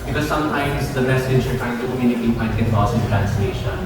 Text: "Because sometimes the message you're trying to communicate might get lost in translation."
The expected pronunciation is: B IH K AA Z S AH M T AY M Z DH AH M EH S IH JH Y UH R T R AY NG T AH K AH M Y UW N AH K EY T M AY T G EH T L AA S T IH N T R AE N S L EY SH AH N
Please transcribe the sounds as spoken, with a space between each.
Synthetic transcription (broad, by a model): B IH K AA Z S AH M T AY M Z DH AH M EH S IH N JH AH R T AY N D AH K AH M Y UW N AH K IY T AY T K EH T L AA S IH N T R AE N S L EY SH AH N